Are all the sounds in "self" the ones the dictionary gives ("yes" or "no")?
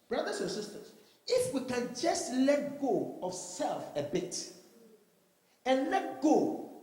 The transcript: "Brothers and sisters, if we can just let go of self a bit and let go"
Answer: yes